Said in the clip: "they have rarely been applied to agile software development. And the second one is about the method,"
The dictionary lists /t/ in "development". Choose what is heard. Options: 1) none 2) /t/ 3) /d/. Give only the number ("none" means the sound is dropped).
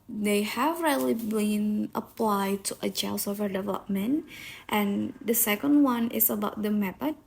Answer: 2